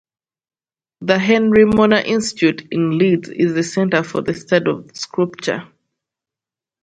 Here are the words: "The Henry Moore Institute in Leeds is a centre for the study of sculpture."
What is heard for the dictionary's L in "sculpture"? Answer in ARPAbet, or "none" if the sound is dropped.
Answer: none